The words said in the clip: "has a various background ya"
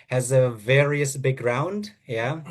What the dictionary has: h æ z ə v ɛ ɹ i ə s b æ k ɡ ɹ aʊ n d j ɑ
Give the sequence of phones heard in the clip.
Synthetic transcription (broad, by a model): h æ z ə v ɛ ɹ i ə s b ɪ ɡ ɹ aʊ n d j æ